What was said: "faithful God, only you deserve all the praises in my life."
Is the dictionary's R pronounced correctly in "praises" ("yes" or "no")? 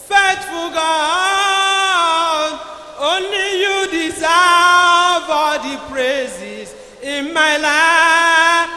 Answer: yes